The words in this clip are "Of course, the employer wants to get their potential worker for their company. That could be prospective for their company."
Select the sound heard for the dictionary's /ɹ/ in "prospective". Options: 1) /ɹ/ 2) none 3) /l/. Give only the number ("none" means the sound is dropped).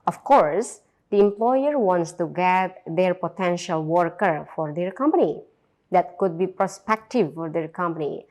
1